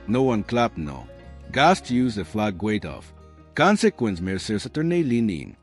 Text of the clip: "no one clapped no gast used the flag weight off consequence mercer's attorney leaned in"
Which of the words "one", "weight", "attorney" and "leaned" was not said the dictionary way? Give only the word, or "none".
leaned